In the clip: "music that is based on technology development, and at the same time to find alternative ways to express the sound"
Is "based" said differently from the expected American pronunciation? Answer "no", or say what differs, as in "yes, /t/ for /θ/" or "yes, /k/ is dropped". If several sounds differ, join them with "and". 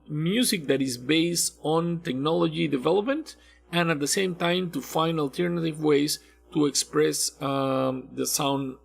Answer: no